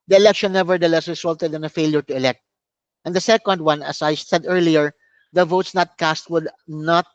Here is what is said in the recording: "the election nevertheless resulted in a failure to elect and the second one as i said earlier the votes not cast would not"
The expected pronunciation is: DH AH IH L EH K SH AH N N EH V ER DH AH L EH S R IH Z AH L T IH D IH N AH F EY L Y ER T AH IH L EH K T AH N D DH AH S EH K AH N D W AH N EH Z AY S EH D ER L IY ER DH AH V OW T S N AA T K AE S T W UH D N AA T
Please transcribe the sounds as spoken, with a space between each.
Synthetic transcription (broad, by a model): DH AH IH L EH K SH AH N N EH V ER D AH L EH S R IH S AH L T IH D IH N AH F EY L Y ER T AH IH L EH K T AH N D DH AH S EH K AH N D W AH N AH S AY S EH D ER L IY ER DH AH V OW T S N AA T K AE S T W UH D N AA T